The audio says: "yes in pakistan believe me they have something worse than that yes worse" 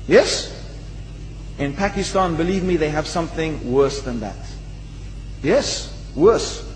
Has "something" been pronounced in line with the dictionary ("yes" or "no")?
yes